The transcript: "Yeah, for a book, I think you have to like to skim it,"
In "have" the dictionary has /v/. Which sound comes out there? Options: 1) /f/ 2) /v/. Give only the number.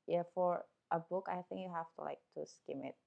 1